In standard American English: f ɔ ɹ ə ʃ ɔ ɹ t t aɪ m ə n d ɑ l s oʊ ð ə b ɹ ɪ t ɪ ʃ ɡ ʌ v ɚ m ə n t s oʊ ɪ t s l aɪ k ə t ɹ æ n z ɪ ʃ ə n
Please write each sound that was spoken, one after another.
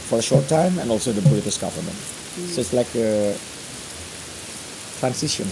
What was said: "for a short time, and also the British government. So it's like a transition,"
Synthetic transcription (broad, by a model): f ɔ ɹ ə ʃ ɔ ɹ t t aɪ m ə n ɑ l s oʊ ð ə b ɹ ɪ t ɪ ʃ ɡ ʌ v ɚ m ə n t s oʊ ɪ t s l aɪ k ə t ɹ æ n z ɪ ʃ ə n